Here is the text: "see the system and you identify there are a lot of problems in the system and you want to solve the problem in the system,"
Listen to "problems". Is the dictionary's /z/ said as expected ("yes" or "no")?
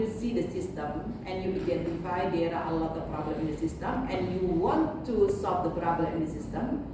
no